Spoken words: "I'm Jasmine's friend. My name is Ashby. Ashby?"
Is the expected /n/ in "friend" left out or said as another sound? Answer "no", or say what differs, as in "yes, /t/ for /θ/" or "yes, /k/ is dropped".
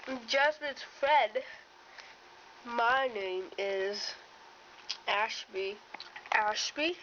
yes, /n/ is dropped